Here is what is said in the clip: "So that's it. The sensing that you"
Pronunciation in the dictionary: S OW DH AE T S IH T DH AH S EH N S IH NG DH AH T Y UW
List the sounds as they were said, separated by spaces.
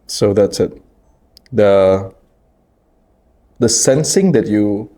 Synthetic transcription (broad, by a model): S OW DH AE T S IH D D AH S EH N S IH NG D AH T Y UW